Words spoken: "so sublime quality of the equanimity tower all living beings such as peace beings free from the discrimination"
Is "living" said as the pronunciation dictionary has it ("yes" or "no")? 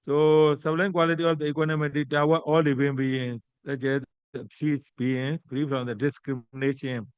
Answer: no